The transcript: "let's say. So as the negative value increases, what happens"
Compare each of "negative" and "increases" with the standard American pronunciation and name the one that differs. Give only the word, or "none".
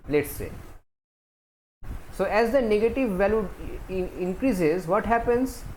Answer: none